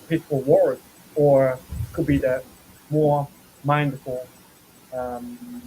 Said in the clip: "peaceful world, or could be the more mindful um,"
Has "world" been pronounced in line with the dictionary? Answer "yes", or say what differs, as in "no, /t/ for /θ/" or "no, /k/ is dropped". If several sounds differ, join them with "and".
no, /l/ is dropped